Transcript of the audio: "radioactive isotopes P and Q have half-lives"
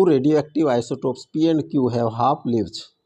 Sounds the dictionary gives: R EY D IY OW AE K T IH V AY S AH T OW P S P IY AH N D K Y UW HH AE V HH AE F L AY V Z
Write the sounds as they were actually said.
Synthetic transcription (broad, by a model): R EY D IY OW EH K T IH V AY S AH T OW P S P IY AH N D K Y UW HH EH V HH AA P L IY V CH